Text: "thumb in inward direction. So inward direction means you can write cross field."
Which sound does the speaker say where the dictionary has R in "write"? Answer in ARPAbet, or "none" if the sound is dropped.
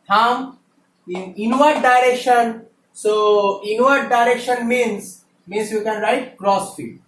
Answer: R